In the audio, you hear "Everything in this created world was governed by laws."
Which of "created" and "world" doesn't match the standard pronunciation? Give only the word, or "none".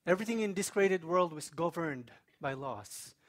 none